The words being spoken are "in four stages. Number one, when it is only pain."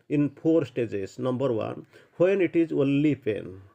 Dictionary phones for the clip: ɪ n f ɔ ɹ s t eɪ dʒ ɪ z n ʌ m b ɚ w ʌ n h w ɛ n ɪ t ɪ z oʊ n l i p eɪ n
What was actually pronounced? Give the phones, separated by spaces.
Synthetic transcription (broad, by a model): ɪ n p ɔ ɹ s t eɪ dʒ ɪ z n ʌ m b ɚ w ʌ n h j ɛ n ɪ t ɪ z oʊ l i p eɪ n